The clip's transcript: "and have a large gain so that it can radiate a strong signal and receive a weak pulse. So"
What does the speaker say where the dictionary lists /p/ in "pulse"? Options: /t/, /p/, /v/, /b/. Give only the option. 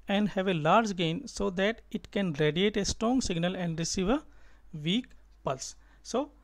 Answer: /p/